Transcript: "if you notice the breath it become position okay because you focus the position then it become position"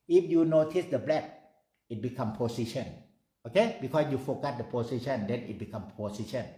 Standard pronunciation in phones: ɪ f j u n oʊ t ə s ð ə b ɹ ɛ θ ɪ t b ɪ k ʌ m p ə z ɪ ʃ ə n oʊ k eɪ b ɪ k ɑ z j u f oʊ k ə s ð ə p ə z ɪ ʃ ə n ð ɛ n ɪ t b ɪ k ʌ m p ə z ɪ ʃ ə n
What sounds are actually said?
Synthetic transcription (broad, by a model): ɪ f j u n oʊ t ə s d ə b l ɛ t ɪ t b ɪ k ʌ m p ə s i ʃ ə n oʊ k eɪ b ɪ k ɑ s j u f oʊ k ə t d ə p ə s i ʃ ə n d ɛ n ɪ t b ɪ k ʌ m p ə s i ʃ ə n